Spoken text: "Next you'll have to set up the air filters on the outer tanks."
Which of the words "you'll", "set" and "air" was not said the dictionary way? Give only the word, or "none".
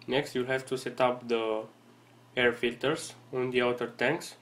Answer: none